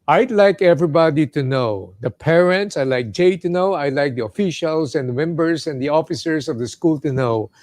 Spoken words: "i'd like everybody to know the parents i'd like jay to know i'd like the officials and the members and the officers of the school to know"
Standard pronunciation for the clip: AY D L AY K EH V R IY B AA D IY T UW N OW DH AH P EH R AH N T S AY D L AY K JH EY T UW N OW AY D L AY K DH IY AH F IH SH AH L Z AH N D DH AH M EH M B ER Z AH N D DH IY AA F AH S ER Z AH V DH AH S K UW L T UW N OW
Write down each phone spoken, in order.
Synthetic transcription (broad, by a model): AY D L AY K EH V R IY B AA D IY T UW N OW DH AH P EH R AH N T S AY L AY K JH EY T UW N OW AY L AY K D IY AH F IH SH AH L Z AH N D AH M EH M B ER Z AH N D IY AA F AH S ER S AH V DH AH S K UW L T UW N OW